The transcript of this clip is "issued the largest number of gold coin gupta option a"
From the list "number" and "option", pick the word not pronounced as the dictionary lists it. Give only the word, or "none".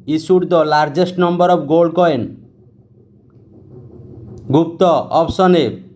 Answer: option